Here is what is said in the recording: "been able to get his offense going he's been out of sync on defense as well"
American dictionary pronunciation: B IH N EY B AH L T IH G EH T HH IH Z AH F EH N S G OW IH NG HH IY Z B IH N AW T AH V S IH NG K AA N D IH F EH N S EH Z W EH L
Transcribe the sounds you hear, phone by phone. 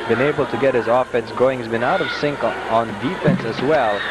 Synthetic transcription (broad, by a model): B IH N EY B L T IH G EH T HH IH Z AH F EH N S G OW IH NG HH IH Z B IH N AW T AH V S IH NG K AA N D IH F EH N S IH Z W EH L